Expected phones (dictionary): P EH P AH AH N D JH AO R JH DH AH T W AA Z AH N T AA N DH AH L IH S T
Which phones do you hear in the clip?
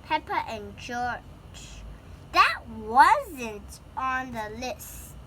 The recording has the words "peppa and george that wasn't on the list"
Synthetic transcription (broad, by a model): P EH P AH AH N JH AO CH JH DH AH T W AA Z AH N T AA N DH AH L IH S T